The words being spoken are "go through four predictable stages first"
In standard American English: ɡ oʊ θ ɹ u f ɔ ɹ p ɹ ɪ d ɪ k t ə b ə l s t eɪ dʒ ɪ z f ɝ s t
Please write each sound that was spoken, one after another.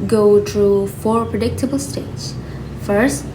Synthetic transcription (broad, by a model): ɡ oʊ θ ɹ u f ɔ ɹ p ɹ ɪ d ɪ k t ə b ə l s t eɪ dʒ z f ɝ s t